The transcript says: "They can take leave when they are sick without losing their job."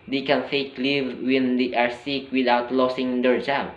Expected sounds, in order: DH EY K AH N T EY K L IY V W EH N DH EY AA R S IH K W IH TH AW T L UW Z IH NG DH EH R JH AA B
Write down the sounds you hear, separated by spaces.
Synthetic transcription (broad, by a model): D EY K AH N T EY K L IY V W EH N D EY AA R S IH K W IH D AW T L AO S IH NG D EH R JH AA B